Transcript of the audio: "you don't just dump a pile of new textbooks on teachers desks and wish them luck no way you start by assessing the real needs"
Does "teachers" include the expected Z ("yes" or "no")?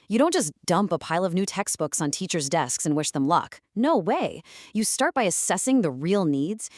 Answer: yes